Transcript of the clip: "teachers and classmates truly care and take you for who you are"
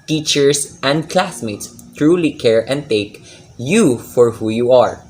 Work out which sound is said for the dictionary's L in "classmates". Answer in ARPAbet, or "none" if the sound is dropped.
L